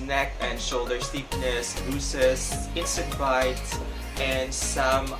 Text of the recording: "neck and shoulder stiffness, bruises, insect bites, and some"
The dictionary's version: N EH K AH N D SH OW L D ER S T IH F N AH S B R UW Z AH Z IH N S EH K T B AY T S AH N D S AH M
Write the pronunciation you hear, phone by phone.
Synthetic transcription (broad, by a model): N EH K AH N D SH OW L D ER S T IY P N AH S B UW S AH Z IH N S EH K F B AY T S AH N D S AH M